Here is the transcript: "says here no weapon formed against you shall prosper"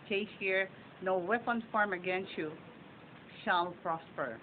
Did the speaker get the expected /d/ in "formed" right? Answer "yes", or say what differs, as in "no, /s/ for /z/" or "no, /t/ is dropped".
no, /d/ is dropped